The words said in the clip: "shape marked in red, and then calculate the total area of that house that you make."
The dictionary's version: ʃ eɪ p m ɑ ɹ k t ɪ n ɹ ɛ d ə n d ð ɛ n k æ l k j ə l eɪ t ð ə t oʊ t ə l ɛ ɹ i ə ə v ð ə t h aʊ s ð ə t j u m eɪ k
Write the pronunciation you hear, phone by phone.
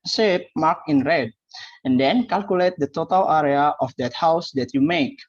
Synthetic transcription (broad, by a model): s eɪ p m ɑ k ɪ n ɹ ɛ d ə n d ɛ n k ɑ l k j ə l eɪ t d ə t oʊ t ə l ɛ ɹ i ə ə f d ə t h aʊ s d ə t j u m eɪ k